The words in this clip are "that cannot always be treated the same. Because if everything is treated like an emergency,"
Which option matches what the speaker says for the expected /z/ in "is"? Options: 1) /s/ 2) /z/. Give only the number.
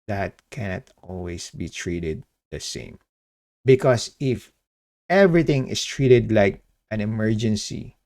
1